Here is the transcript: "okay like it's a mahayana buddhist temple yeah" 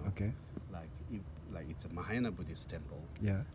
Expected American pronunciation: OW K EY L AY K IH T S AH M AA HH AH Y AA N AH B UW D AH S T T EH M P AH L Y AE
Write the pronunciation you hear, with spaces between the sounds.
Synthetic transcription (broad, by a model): OW K EY L AY K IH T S AH M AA HH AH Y N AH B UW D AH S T T EH M P AH L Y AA